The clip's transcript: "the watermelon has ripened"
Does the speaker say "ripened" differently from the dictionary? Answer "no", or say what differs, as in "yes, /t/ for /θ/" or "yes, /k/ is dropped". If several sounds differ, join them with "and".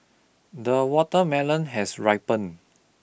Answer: yes, /d/ is dropped